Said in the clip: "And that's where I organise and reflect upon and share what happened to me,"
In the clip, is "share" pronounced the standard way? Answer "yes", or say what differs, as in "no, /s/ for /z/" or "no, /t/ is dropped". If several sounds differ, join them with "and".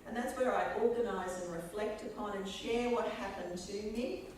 yes